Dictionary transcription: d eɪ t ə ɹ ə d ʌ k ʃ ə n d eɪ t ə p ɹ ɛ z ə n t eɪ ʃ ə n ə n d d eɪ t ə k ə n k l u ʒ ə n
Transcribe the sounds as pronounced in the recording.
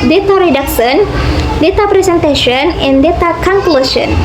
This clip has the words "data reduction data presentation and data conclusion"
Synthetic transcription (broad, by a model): d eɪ t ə ɹ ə d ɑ k s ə n d eɪ t ə p ɹ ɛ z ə n t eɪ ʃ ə n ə n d d eɪ t ə k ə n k l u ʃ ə n